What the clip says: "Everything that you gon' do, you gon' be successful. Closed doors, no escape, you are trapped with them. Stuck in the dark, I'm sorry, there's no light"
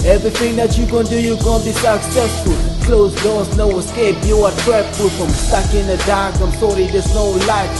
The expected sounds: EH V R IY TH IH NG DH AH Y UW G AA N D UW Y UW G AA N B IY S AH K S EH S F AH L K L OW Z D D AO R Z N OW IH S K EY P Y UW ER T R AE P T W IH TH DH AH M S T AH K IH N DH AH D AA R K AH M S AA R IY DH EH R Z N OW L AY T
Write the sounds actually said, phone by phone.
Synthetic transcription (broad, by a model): EH V R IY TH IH NG DH AH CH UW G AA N D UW Y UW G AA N B IY S AH K S EH S F AH L K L OW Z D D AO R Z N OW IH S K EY B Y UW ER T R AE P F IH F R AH M S T AH K IH N DH AH D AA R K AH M S AA R IY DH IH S N OW L AY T